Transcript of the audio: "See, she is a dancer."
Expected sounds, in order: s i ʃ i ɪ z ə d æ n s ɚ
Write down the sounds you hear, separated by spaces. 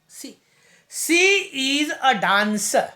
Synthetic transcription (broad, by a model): s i s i ɪ z ə d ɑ n s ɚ